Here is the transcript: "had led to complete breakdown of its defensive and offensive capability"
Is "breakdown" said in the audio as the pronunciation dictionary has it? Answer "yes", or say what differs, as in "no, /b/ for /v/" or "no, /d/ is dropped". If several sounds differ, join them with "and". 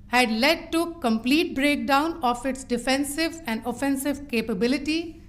yes